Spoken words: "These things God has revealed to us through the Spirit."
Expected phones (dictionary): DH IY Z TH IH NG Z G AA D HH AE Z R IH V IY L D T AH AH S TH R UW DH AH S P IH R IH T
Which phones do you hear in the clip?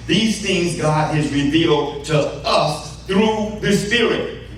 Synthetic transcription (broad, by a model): DH IY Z TH IH NG Z G AA D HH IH Z R IH V IY L D T AH AH S TH R UW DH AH S P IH R IH T